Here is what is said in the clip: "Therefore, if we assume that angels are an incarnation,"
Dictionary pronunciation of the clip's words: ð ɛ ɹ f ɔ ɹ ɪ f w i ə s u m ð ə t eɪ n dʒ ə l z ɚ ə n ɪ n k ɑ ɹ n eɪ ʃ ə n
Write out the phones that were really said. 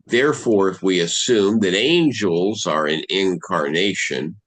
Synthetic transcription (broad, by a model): ð ɛ ɹ f ɔ ɹ ɪ f w i ə s u m ð ə t eɪ n dʒ ə l z ɚ ə n ɪ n k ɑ ɹ n eɪ ʃ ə n